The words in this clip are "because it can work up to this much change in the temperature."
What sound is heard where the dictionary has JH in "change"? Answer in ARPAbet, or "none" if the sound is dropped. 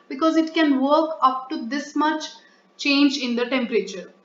JH